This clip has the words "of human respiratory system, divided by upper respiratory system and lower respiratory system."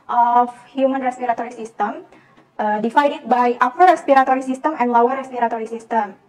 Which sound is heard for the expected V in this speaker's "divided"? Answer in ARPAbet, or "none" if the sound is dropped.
F